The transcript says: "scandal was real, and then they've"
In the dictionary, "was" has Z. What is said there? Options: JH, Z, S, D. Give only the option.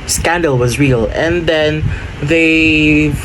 Z